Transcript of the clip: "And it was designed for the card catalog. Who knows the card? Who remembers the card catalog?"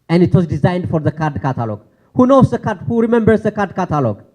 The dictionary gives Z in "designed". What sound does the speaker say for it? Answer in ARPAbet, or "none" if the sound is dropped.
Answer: Z